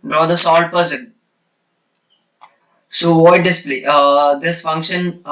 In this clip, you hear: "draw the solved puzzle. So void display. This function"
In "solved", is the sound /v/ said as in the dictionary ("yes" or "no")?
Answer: no